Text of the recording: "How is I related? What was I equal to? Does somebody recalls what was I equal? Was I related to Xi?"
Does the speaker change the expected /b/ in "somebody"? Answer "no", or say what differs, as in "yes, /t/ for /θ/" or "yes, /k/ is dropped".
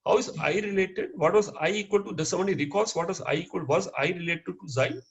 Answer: yes, /b/ is dropped